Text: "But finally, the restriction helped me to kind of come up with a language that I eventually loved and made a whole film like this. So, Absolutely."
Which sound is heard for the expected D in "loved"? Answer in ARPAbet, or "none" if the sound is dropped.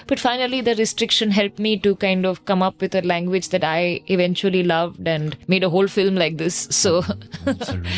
D